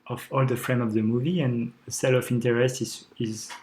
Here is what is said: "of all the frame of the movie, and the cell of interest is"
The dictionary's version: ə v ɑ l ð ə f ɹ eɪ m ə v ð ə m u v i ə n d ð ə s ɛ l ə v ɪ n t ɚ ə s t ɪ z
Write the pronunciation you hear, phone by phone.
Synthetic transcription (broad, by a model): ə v ɑ l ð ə f ɹ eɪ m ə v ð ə m u v i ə n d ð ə s ɛ l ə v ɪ n t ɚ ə s t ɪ z